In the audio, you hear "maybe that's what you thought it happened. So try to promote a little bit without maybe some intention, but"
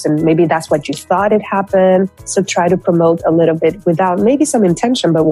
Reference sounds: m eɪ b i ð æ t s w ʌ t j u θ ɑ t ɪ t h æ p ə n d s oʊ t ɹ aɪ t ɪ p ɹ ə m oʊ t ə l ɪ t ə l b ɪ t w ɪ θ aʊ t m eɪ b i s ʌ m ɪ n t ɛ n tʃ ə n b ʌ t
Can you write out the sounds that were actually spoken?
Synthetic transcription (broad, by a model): m eɪ b i ð æ t s w ʌ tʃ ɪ θ ɑ t ɪ t h æ p ə n d s oʊ t ɹ aɪ t ɪ p ɹ ə m oʊ t ə l ɪ t l b ɪ t w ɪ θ aʊ t m eɪ b i s ʌ m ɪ n t ɛ n ʃ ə n b ʌ t